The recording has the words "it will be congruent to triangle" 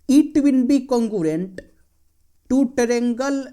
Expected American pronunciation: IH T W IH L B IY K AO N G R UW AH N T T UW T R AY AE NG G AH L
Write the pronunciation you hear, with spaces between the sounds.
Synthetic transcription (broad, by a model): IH T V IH N B IY K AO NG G R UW N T T UW T R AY NG G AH L